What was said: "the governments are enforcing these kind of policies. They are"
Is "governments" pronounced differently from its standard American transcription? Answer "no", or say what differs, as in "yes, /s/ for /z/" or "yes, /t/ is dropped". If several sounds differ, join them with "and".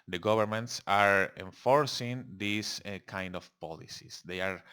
yes, /b/ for /v/